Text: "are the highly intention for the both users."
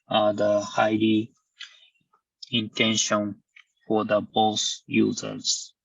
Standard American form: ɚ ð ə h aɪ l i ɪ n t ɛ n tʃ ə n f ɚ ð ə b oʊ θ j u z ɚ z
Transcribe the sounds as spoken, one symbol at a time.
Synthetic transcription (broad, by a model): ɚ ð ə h aɪ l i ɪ n t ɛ n ʃ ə n f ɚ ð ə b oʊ s j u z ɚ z